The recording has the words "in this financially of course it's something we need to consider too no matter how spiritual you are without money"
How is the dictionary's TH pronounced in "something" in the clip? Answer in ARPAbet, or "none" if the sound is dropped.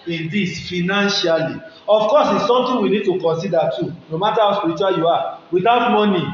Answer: T